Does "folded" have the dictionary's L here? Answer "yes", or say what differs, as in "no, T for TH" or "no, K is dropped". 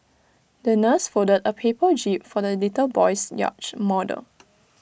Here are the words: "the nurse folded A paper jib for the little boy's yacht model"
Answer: no, L is dropped